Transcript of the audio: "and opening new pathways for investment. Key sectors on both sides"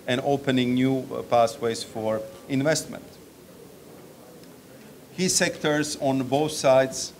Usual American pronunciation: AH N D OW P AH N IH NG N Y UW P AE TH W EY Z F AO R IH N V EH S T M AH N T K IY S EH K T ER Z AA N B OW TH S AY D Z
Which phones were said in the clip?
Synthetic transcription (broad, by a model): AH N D OW P AH N IH NG N Y UW P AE S W EY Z F AO R IH N V EH S T M AH N T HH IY S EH K T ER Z AA N B OW TH S AY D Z